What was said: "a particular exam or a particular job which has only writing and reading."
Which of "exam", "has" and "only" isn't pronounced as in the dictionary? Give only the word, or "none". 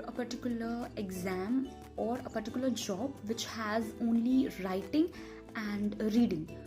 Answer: none